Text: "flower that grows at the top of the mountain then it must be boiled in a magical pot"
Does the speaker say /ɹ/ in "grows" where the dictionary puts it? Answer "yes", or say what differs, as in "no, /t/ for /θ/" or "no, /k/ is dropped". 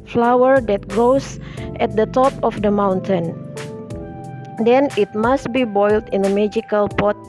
no, /ɹ/ is dropped